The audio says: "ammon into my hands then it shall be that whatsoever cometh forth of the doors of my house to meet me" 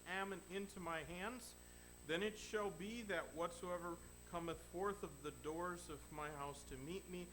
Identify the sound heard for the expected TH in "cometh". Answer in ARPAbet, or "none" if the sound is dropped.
TH